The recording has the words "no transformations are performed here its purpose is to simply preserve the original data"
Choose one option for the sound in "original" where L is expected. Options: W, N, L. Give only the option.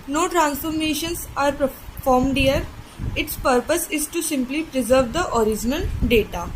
N